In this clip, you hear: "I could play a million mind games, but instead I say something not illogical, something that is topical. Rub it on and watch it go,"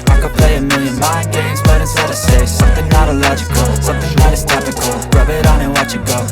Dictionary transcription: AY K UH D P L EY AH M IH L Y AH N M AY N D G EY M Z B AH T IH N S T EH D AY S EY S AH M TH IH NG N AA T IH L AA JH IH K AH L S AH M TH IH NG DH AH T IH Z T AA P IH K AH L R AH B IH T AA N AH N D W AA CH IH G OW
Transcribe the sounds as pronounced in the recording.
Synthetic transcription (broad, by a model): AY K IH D P L EY AH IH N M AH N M AY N G EY M Z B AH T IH S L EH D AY S EY S AH M TH IH NG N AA T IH L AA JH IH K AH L S AH M TH IH NG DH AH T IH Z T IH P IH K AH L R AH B IH T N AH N W AA CH IH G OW